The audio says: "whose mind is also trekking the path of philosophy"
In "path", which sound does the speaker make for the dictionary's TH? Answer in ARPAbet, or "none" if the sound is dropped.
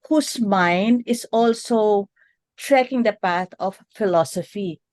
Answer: T